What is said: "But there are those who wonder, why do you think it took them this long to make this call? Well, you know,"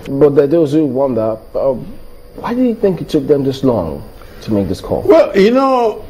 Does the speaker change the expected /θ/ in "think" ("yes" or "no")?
no